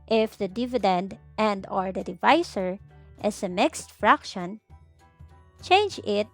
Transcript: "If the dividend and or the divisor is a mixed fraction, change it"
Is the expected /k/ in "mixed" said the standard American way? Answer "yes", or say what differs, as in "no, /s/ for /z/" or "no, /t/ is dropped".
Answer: yes